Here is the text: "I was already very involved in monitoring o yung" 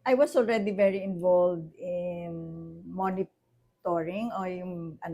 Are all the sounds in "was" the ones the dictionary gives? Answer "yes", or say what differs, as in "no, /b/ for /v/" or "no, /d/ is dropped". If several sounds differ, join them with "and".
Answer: no, /s/ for /z/